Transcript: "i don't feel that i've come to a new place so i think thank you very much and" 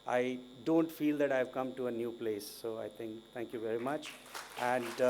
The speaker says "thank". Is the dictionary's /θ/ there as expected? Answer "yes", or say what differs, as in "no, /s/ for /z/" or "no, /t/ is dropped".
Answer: no, /t/ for /θ/